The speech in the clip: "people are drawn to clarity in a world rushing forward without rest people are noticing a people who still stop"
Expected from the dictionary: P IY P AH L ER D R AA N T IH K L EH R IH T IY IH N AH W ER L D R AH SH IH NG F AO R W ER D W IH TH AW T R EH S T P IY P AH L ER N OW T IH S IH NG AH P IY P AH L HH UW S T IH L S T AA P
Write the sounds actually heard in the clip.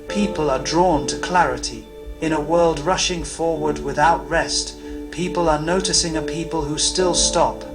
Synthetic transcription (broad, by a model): P IY P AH L ER D R AA N T IH K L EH R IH T IY IH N AH W ER L D R AH SH IH NG F AO R W ER D W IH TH AW T R EH S T P IY P AH L ER N OW T IH S IH NG AH P IY P AH L HH UW S T IH L S T AA P